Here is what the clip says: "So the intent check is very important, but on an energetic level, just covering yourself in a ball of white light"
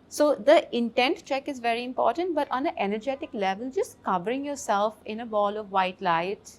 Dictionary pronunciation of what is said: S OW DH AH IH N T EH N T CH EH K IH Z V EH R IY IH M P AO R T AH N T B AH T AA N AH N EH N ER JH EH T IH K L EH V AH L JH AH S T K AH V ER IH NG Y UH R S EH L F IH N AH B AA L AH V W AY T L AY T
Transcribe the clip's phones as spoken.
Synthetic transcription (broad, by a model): S OW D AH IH N T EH N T CH EH K IH Z V EH R IY IH M P AO R T AH N T B AH T AA N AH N EH N ER JH EH T IH K L EH V AH L JH AH S T K AH V ER IH NG Y UH R S EH L F IH N AH B AA L AH V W AY T L AY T